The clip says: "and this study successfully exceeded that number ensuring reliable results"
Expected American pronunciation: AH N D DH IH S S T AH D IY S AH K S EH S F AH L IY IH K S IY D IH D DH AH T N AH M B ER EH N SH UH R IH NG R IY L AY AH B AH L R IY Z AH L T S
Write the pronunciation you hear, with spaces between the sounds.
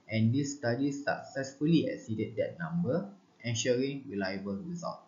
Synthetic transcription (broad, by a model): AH N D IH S S T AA D IY S AH K S EH S F AH L IY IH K S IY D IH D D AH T N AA M B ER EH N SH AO R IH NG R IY L AY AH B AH L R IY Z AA L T